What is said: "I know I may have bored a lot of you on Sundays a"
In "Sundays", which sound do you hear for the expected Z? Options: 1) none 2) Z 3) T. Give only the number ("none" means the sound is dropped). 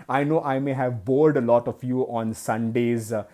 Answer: 2